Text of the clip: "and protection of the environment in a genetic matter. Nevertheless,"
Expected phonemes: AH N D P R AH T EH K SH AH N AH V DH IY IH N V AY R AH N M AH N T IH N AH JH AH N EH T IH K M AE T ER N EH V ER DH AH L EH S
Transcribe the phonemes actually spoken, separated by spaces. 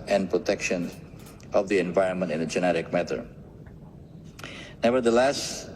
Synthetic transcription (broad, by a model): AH N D P R AH T EH K SH AH N AH V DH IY IH N V AY R AH N M AH N T IH N AH JH AH N EH T IH K M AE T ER N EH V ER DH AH L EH S